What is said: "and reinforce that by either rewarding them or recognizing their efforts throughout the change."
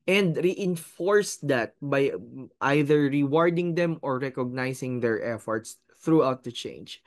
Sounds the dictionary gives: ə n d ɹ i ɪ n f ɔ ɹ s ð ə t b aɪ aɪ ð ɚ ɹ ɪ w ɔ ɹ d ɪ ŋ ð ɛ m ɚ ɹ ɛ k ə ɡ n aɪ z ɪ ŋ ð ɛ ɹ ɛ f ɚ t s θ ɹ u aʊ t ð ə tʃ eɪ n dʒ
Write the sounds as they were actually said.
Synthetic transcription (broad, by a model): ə n d ɹ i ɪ n f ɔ ɹ s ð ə t b aɪ aɪ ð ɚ ɹ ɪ w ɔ ɹ d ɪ ŋ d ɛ m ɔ ɹ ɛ k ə ɡ n aɪ s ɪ ŋ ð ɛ ɹ ɛ f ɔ t s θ ɹ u aʊ t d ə tʃ eɪ n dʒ